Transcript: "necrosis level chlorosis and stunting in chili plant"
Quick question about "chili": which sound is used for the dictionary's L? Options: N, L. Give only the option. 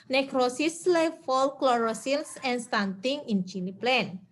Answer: N